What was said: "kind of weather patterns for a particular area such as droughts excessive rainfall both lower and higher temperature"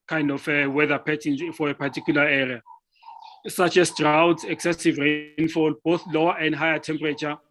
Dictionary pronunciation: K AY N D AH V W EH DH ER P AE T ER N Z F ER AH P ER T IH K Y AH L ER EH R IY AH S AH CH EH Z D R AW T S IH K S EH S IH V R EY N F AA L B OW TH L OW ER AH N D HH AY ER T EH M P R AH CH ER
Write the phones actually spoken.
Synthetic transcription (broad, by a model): K AY N D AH F W EH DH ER P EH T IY N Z F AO AH P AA T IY K Y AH L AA EH R IY AH S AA CH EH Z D R AW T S IH K S EH S IH V R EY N F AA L B OW TH L OW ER AH N D HH AY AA T EH M P R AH CH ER